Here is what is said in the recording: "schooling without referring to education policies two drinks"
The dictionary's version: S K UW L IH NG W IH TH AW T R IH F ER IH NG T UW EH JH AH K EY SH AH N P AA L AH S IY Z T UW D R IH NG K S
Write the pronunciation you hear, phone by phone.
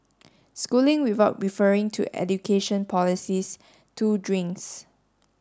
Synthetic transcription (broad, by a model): S K UW L IH NG W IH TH AW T R IH F ER IH NG T UW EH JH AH K EY SH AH N P AA L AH S IY S T UW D R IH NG K S